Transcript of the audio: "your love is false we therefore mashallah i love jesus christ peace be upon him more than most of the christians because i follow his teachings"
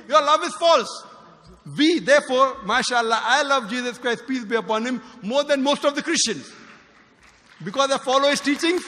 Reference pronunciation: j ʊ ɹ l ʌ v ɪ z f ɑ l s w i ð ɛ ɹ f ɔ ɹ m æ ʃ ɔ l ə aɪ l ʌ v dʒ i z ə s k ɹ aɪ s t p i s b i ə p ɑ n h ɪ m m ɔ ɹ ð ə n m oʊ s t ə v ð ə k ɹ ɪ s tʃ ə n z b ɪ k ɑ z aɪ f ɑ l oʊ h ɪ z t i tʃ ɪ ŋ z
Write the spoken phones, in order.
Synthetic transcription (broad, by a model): j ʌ ɹ l ʌ v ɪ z f ɑ l s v i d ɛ ɹ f ɔ ɹ m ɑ ʃ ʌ l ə aɪ l ʌ v dʒ i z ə s k ɹ aɪ s t p i s b i ə p ɑ n h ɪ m m ɔ ɹ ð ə n m oʊ s t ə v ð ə k ɹ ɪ s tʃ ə n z b ɪ k ɑ z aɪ f ɑ l oʊ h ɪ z t i tʃ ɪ ŋ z